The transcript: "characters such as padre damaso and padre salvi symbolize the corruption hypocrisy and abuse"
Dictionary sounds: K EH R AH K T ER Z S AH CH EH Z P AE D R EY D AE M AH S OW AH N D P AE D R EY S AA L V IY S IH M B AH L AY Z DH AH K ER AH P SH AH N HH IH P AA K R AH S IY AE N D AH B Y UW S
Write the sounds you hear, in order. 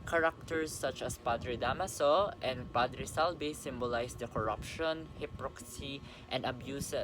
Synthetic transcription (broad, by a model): K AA R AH K T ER S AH CH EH S P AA D R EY D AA M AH S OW AH N D P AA D R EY S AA L B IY S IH M B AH L AY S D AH K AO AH P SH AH N HH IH P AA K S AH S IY N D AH B Y UW S